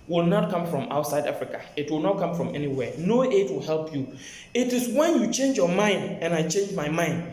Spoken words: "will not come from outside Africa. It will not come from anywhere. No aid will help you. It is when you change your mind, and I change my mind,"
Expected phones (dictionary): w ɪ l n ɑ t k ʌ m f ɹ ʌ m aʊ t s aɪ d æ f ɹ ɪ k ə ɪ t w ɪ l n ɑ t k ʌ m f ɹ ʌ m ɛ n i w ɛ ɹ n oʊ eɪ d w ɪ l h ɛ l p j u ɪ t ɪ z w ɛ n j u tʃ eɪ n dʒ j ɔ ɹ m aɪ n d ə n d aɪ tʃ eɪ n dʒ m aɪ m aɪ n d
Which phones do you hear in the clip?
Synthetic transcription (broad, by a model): w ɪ l n ɑ t k ʌ m f ɹ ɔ m aʊ t s aɪ d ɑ f ɹ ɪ k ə ɪ t w ɪ l n ɑ t k ʌ m f ɹ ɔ m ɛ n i w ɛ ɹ n oʊ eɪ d w ɪ l h ɛ l p j u ɪ t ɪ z w ɛ n j u tʃ eɪ n dʒ j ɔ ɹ m aɪ n d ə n aɪ tʃ eɪ n dʒ m aɪ m aɪ n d